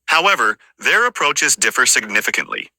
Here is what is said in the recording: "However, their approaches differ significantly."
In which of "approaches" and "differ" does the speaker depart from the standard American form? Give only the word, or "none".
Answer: none